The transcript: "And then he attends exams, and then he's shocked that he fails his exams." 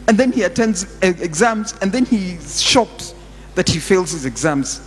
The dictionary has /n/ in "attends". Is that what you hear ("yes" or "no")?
yes